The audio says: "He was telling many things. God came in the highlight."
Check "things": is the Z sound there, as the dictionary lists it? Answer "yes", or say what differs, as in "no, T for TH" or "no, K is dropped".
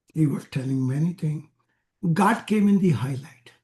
no, Z is dropped